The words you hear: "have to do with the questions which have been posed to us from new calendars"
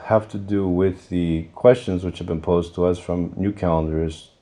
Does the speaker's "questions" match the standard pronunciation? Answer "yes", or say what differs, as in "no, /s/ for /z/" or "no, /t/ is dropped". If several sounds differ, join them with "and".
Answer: yes